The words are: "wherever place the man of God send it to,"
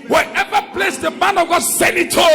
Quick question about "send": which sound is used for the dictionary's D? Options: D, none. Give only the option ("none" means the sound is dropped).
none